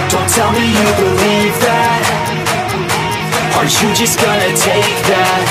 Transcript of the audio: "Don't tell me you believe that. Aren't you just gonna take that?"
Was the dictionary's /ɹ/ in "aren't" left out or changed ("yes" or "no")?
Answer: yes